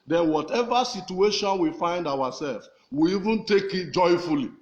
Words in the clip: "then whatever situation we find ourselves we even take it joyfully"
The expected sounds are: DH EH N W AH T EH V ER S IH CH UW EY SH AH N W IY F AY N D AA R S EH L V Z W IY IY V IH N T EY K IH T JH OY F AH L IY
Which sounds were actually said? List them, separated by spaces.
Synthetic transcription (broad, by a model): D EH N W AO T EH V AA S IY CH UW EY SH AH N W IY F AY N D AA W S EH L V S W IY IY V IH N T EY K IH T JH OY F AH L IY